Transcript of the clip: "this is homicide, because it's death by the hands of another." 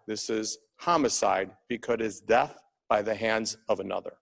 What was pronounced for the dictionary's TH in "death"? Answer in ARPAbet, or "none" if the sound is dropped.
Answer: TH